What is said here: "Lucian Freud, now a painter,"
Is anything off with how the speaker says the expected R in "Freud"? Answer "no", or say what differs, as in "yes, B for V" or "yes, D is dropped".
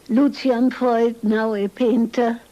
yes, R is dropped